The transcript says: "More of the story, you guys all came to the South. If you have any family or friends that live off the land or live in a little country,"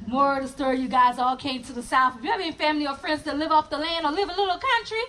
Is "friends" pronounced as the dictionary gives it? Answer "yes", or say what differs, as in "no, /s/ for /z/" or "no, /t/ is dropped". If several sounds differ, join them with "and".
yes